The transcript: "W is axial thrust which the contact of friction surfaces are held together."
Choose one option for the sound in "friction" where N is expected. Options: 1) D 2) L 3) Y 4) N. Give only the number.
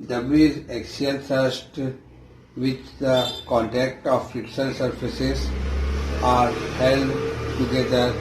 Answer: 2